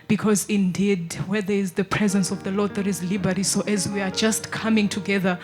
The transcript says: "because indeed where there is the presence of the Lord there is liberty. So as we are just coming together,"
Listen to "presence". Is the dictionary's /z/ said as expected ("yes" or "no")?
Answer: yes